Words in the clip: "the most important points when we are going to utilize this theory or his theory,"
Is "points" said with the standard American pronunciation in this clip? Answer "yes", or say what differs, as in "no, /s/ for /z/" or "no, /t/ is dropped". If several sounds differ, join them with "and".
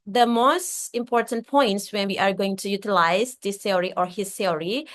yes